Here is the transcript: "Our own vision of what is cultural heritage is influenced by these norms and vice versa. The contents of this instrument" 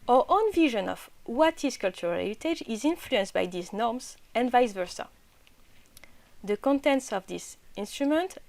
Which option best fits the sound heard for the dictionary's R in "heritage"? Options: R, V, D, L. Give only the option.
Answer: L